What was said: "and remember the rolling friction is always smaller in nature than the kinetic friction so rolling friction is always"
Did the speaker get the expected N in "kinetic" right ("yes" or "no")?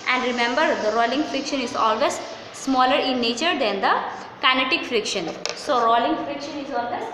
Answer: yes